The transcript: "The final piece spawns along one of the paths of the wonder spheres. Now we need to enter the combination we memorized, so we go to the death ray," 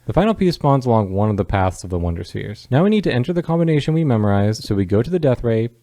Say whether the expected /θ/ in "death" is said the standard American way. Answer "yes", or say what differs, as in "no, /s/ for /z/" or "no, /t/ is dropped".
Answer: yes